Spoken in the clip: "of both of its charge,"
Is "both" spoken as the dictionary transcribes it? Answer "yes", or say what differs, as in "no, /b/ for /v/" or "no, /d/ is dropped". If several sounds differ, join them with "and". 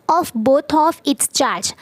no, /t/ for /θ/